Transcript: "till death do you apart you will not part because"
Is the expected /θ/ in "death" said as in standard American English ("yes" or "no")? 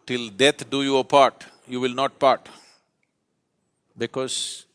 no